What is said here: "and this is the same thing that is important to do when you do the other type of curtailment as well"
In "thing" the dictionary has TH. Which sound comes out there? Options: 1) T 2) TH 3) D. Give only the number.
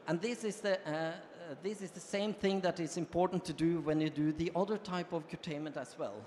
2